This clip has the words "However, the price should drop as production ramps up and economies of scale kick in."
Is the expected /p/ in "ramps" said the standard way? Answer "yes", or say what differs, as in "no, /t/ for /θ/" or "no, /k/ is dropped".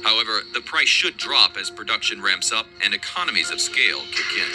yes